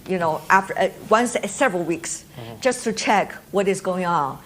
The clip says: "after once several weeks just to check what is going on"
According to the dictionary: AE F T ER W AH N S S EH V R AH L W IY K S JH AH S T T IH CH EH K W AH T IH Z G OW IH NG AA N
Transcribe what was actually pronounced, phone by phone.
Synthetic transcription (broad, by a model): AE F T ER W AH N S S EH V R AH L W IY K S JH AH S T T IH CH EH K W AH T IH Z G OW IH NG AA N